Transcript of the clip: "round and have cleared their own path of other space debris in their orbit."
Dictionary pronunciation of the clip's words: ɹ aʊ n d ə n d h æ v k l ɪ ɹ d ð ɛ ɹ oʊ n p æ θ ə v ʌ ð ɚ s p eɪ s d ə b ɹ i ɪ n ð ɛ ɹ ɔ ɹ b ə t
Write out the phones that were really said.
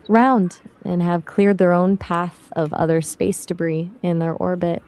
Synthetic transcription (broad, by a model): ɹ aʊ n d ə n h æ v k l ɪ ɹ d ð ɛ ɹ oʊ n p æ θ ə v ʌ ð ɚ s p eɪ s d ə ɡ ɹ i ɪ n ð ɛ ɹ ɔ ɹ b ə t